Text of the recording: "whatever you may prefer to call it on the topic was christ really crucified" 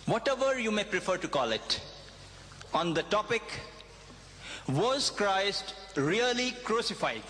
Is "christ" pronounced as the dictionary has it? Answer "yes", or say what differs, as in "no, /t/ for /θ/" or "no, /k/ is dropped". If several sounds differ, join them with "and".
yes